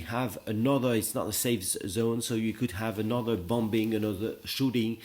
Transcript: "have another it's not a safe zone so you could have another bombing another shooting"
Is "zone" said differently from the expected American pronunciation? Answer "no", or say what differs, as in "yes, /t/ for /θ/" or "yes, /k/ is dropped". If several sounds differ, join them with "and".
no